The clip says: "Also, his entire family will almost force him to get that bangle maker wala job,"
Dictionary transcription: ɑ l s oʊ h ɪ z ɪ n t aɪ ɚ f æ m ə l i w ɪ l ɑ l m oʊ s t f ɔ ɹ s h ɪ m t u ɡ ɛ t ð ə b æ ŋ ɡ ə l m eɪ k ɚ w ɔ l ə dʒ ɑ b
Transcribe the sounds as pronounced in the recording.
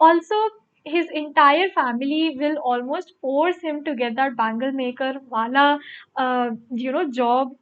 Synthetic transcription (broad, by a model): ɑ l s oʊ h ɪ z ɪ n t aɪ ɚ f æ m ə l i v ɪ l ɑ l m oʊ s t f ɔ ɹ s h ɪ m t u ɡ ɛ t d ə b æ ŋ ɡ ə l m eɪ k ɚ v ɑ l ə dʒ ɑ b